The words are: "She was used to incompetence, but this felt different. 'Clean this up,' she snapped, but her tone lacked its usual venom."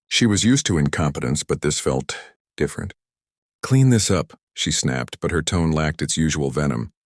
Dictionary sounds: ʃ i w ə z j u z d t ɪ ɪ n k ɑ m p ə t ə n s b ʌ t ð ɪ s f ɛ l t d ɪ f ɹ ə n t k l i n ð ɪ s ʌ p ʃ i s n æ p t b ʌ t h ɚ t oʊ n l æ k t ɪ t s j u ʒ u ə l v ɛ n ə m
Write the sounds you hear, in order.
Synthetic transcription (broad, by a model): ʃ i w ə z j u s t ɪ ɪ n k ɑ m p ə t ə n s b ʌ t ð ɪ s f ɛ l t d ɪ f ɹ ə n t k l i n ð ɪ s ʌ p ʃ i s n æ p t b ʌ t h ɚ t oʊ n l æ k t ɪ t s j u ʒ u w l v ɛ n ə m